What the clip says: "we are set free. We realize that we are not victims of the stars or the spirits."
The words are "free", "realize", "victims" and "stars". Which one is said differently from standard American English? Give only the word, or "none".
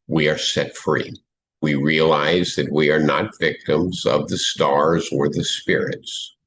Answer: none